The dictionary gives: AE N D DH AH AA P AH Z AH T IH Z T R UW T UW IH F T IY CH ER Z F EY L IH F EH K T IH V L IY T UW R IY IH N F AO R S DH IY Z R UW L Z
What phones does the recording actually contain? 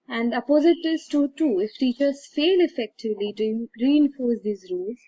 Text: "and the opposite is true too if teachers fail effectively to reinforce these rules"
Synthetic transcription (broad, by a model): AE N D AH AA P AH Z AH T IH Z T UW T UW IH F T IY CH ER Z F EY L IH F EH K T IH V L IY T UW R IY IH N F AO R S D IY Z R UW L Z